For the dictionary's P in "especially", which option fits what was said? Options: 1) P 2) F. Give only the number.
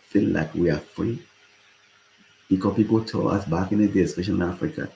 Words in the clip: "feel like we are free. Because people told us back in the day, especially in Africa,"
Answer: 2